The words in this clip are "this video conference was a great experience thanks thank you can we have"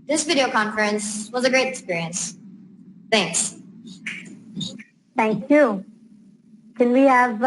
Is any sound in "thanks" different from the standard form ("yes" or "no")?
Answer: no